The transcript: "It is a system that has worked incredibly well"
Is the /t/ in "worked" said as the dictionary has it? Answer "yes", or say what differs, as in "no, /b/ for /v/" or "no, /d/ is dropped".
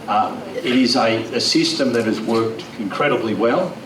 yes